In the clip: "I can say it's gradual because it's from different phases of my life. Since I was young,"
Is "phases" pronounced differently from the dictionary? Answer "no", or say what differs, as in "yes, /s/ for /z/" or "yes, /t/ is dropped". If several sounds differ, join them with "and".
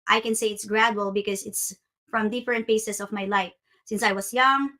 yes, /p/ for /f/ and /s/ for /z/ and /s/ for /z/